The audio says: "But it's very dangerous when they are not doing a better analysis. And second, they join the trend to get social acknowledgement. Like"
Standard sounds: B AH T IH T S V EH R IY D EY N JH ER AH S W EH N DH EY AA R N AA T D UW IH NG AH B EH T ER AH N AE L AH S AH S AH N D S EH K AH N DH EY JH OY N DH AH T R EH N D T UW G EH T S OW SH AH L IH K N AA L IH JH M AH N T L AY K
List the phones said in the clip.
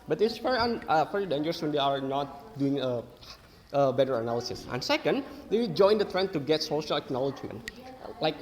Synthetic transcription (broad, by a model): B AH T IH T S F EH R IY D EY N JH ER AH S W EH N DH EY AA R N AA T D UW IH NG AH B EH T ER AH N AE L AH S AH S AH N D S EH K AH N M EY JH OY N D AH T R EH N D T UW G EH T S OW SH AH L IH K N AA L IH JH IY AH N L AY K